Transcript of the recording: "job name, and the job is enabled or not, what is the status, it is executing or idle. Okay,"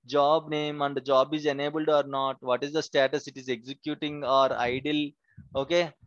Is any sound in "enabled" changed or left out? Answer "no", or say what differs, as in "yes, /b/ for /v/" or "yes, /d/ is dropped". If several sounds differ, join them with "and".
no